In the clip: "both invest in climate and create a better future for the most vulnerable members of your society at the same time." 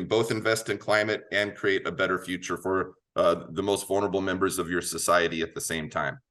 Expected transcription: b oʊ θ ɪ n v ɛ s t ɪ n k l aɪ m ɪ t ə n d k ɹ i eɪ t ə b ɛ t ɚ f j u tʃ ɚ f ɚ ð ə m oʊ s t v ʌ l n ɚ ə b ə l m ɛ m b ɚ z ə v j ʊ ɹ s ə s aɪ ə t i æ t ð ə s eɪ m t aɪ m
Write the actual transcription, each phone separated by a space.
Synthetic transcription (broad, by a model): b oʊ θ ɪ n v ɛ s t ɪ n k l aɪ m ɪ t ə n k ɹ i eɪ t ə b ɛ t ɚ f j u tʃ ɚ f ɚ ð ə m oʊ s t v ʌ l n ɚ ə b l m ɛ m b ɚ z ə v j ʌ ɹ s ə s aɪ ə t i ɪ t ð ə s eɪ m t aɪ m